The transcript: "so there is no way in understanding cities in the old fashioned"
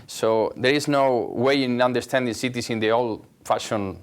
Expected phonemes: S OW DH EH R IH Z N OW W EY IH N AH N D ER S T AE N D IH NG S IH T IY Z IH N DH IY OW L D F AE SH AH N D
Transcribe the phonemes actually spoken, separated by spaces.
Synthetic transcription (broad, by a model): S OW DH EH R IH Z N OW W EY IH N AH N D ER S T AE N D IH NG S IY T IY S IH N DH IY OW L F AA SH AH N